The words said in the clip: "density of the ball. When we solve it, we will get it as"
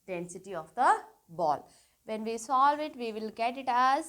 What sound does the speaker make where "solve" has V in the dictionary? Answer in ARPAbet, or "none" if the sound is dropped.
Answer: V